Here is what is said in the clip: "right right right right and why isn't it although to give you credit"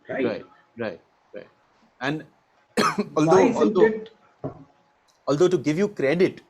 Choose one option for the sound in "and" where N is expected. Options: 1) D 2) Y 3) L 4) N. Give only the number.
3